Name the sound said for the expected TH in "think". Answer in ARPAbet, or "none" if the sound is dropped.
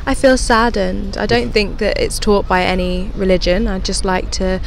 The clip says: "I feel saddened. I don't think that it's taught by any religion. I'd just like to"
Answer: TH